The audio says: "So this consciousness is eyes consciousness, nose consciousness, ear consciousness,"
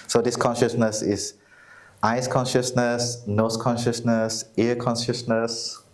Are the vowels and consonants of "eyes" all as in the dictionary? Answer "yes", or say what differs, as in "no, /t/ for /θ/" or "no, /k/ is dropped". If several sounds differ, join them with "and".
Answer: no, /s/ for /z/